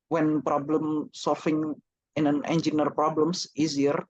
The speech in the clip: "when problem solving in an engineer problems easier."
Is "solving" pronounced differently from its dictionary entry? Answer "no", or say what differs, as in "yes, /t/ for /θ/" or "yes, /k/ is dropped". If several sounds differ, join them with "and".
yes, /f/ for /v/